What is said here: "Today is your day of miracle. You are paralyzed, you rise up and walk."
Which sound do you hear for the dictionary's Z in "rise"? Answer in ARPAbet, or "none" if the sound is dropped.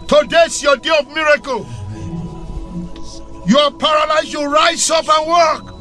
S